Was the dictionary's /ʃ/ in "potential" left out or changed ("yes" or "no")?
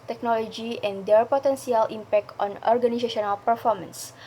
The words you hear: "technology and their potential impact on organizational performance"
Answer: yes